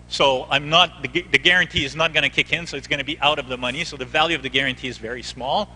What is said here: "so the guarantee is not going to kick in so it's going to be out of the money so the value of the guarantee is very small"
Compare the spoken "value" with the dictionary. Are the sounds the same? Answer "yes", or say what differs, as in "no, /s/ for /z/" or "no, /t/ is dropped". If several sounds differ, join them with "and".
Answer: yes